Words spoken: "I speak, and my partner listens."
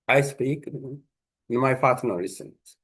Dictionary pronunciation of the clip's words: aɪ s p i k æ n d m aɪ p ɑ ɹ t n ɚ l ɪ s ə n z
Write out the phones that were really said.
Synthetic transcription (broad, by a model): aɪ s p i k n m aɪ f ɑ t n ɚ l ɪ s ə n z